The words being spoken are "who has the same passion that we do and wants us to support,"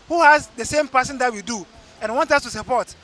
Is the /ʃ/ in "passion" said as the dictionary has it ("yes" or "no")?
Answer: no